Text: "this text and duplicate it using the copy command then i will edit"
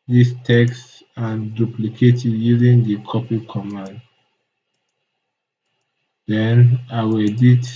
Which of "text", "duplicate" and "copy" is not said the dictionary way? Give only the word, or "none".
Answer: none